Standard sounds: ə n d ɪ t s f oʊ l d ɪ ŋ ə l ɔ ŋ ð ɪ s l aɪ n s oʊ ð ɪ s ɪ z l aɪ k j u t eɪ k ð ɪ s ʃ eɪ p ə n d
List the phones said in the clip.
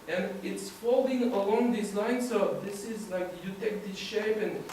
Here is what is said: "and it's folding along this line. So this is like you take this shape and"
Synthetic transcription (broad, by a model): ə n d ɪ t s f oʊ l d ɪ ŋ ə l ɔ ŋ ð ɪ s l aɪ n s oʊ ð ɪ s ɪ z l aɪ k j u t eɪ k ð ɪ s ʃ eɪ p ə n